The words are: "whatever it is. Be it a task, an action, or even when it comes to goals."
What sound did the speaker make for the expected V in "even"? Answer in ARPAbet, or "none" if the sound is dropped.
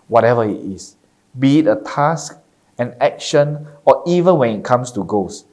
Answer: V